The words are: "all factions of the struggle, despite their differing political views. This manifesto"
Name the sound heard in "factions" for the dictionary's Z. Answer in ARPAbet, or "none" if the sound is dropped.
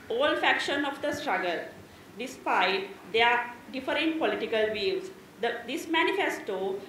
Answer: none